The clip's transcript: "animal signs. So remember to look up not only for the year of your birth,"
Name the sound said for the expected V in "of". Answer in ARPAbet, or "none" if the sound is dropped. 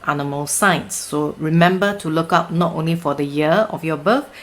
F